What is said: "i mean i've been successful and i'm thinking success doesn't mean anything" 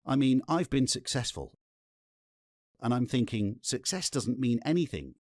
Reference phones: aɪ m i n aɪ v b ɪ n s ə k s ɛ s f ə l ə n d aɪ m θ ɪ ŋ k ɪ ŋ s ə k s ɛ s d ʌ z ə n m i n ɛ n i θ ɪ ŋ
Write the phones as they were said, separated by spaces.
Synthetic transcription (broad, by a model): aɪ m i n aɪ v b ɪ n s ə k s ɛ s f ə l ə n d aɪ m θ ɪ ŋ k ɪ ŋ s ə k s ɛ s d ʌ z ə n m i n ɛ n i θ ɪ ŋ